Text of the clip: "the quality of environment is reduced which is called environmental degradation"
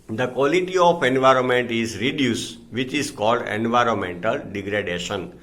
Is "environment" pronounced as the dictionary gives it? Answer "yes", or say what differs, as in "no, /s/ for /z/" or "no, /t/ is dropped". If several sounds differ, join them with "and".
yes